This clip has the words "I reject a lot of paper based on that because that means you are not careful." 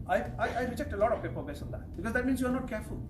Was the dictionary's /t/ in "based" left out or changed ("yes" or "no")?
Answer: yes